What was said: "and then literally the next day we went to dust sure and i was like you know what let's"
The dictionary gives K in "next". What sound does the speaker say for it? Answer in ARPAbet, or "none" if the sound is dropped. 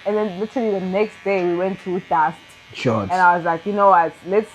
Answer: K